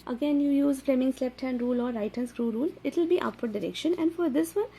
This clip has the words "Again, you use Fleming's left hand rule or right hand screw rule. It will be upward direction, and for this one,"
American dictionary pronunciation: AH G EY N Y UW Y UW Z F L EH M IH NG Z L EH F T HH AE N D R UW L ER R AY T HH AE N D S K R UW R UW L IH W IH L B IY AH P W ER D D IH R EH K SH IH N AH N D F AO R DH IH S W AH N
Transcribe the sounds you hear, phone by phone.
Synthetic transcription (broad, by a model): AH G EY N Y UW Y UW Z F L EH M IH NG S L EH P T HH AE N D R UW L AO R AY T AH N S K R UW R UW L IH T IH L B IY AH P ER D D IH R EH K SH IH N AH N D F AO R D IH S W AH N